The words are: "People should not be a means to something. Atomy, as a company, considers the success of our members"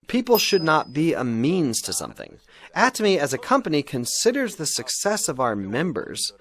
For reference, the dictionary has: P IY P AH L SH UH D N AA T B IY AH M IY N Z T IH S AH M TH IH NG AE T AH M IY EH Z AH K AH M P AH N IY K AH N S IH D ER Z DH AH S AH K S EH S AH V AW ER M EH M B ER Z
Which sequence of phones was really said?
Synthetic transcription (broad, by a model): P IY P L SH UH D N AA T B IY AH M IY N Z T IH S AH M TH IH NG AE T AH M IY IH Z AH K AH M P AH N IY K AH N S IH D ER Z DH AH S AH K S EH S AH V AW ER M EH M B ER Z